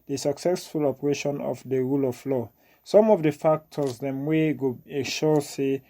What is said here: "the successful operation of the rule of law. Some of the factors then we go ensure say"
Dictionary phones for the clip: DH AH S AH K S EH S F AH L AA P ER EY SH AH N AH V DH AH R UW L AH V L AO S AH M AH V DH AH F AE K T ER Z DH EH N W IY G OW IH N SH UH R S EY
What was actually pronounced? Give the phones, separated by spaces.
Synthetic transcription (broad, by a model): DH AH S AH K S EH S F AH L AA P ER EY SH AH N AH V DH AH R UW L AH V L AO S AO M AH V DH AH F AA K T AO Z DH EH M W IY G OW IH SH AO S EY